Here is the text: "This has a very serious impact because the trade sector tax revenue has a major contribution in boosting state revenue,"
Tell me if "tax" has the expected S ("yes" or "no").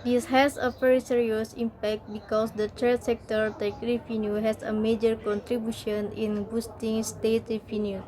no